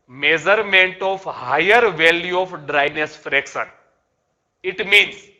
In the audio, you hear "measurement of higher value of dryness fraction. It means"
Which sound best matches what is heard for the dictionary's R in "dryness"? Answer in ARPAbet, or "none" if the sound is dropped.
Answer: R